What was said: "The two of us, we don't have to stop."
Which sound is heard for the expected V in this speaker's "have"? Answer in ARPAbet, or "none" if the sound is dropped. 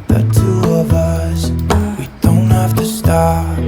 F